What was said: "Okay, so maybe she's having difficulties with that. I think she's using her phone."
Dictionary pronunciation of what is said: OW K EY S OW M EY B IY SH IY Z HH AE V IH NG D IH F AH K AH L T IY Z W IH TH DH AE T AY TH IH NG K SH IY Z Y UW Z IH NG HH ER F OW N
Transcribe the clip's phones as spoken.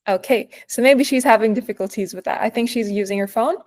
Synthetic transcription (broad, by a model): OW K EY S OW M EY B IY SH IY Z HH AE V IH NG D IH F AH K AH L T IY Z W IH DH AE T AY TH IH NG K SH IY Z Y UW Z IH NG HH ER F OW N